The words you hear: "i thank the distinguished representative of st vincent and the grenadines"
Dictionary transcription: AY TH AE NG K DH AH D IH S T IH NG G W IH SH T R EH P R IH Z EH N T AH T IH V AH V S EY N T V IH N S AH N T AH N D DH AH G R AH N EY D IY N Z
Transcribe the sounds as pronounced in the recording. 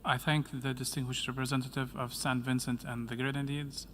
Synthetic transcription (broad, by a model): AY TH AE NG K DH AH D IH S T IH NG G W IH SH T R EH P R IH Z EH N T AH T IH V AH V S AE N V IH N S AH N T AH N DH AH G R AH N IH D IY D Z